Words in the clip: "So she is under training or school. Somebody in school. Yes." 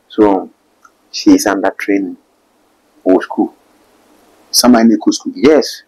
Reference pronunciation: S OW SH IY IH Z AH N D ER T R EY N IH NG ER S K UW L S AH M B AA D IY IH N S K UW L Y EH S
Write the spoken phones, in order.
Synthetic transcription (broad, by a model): S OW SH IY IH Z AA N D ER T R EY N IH S K UW L S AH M AA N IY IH S K UW L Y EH S